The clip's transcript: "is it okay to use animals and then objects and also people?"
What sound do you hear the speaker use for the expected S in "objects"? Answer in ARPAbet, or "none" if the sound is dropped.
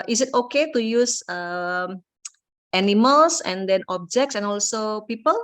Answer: S